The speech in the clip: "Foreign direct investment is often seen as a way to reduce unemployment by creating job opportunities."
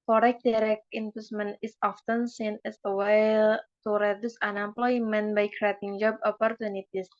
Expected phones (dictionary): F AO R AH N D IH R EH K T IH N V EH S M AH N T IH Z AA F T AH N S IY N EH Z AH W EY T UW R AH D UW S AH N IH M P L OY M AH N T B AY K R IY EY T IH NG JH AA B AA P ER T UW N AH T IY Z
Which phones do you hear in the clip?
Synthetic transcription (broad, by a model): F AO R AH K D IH R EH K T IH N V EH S M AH N IH S AA F T AH N S IY N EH S AH W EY T UW R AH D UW S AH N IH M P L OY M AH N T B AY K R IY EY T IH NG JH AA B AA P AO T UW N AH T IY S